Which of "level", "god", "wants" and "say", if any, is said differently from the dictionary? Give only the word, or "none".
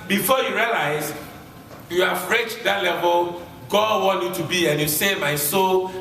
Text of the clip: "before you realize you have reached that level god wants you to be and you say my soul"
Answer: wants